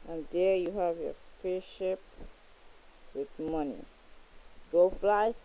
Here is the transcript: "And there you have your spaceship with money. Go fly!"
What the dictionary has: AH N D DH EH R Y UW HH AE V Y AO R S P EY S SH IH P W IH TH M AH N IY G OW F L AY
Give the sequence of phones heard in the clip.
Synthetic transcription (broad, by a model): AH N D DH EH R Y UW HH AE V Y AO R S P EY SH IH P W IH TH M AH N IY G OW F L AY